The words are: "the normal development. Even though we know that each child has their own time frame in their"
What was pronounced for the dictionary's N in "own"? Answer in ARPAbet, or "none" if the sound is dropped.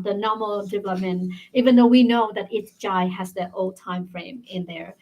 L